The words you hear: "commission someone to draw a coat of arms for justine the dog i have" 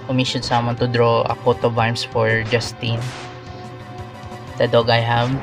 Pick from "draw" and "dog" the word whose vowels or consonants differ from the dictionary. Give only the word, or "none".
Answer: none